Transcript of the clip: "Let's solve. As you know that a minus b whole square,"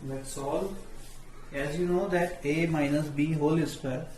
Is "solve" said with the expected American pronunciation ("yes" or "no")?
no